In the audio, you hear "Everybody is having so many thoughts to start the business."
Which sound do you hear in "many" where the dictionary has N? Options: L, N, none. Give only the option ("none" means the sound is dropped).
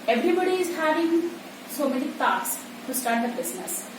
L